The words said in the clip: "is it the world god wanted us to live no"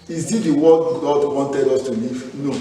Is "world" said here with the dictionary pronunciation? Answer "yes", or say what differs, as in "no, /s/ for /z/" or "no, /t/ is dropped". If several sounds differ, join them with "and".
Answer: no, /l/ is dropped